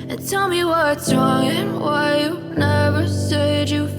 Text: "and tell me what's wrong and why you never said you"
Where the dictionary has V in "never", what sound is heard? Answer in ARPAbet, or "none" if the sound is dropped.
V